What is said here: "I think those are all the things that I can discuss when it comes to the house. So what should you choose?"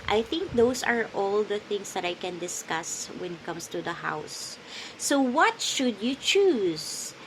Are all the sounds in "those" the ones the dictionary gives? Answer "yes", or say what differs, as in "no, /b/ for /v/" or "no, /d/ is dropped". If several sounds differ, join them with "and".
no, /s/ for /z/